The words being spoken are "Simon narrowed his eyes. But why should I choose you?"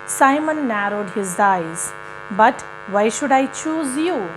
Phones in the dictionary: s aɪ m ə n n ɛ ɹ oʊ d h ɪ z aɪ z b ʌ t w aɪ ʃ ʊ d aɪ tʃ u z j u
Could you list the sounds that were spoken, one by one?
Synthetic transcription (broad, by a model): s aɪ m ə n n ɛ ɹ oʊ d h ɪ z aɪ z b ʌ t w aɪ ʃ ʊ d aɪ tʃ u z j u